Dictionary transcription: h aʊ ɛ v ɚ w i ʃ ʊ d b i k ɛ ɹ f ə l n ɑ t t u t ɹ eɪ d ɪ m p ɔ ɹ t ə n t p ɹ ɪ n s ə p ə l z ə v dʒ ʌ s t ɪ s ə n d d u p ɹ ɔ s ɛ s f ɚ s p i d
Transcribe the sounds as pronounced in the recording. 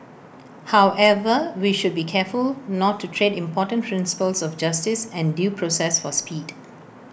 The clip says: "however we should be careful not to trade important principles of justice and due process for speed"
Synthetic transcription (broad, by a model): h aʊ ɛ v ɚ w i ʃ ʊ d b i k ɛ f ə l n ɑ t t u t ɹ eɪ d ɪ m p ɔ t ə n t p ɹ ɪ n s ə p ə l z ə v dʒ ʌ s t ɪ s ə n d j u p ɹ ɔ s ɛ s f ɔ s p i d